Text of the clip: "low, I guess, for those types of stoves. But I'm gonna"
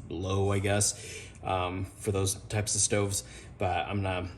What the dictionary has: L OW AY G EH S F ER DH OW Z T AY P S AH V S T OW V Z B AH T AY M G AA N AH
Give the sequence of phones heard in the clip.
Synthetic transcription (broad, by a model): L OW AY G EH S F ER DH OW Z T AY P S AH V S T OW V Z B AH T AY M N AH